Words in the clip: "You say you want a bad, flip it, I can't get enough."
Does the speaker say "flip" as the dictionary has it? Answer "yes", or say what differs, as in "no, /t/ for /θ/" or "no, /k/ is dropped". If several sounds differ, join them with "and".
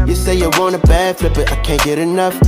no, /b/ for /p/